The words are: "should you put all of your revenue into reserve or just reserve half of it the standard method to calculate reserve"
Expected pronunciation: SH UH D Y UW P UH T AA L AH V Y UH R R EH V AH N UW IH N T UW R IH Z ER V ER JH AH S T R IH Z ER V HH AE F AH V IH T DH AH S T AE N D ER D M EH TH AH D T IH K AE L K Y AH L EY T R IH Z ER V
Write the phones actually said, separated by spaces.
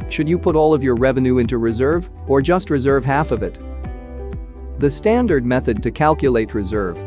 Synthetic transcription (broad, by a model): SH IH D Y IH P UH T AA L AH V Y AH R R EH V AH N UW IH N T UW R IH Z ER V ER JH AH S T R IH Z ER V HH AE F AH V IH T DH AH S T AE N D ER D M EH TH AH D T IH K AE L K Y AH L EY T R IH Z ER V